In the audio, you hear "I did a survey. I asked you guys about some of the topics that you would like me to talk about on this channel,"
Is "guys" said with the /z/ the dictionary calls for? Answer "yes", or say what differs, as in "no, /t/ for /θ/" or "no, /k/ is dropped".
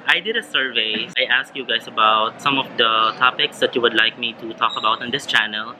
no, /s/ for /z/